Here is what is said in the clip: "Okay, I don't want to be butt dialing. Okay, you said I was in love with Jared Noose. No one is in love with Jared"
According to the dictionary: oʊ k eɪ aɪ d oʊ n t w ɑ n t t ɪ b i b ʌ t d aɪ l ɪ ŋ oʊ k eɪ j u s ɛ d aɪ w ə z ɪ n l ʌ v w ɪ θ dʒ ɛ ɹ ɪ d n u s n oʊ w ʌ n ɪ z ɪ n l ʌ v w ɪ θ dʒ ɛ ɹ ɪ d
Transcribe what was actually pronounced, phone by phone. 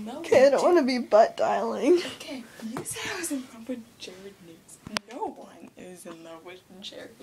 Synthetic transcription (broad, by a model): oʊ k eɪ aɪ d oʊ n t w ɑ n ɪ b i b ʌ t d aɪ l ɪ ŋ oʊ k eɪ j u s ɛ aɪ w ə z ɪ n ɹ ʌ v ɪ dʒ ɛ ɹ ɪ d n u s n oʊ w ʌ n ɪ z ɪ n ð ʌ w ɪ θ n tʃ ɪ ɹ